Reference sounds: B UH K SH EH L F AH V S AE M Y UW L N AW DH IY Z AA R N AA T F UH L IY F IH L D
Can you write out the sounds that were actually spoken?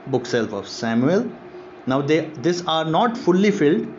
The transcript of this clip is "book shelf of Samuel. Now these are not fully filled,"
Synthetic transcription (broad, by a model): B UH K S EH L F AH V S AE M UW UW L N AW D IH S AA R N AA T F UH L IY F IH L D